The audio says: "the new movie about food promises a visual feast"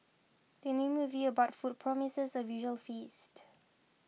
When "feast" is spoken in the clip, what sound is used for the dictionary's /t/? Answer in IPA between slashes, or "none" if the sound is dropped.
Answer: /t/